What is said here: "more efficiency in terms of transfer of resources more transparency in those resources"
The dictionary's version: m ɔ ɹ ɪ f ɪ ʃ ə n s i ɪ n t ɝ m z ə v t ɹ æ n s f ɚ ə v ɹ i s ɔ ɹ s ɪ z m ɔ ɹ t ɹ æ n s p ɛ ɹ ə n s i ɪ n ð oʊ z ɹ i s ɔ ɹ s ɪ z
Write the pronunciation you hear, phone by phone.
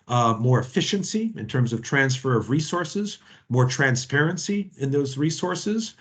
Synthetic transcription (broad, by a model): m ɔ ɹ ɪ f ɪ ʃ ə n s i ɪ n t ɝ m z ə v t ɹ æ n s f ɚ ə v ɹ i s ɔ ɹ s ɪ z m ɔ ɹ t ɹ æ n s p ɛ ɹ ə n s i ɪ n ð oʊ z ɹ i s ɔ ɹ s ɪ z